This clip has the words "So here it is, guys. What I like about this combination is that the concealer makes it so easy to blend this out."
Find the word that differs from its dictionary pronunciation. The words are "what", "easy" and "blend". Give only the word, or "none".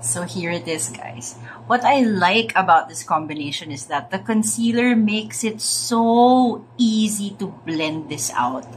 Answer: none